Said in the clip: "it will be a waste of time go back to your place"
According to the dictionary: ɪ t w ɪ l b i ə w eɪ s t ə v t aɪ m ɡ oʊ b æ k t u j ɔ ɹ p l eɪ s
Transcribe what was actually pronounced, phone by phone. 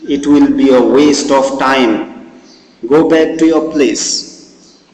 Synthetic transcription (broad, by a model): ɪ t w ɪ l b i ə w eɪ s t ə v t aɪ m ɡ oʊ b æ k t u j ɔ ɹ p l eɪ s